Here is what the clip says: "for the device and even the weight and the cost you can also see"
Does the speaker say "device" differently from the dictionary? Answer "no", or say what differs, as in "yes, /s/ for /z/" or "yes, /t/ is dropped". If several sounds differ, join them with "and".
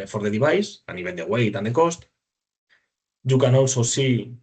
yes, /b/ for /v/